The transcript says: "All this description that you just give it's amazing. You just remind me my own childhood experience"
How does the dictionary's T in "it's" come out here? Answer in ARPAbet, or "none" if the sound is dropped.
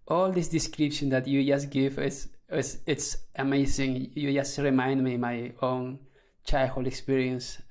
T